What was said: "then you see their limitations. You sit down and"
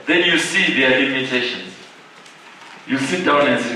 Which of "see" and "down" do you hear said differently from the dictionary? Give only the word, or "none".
none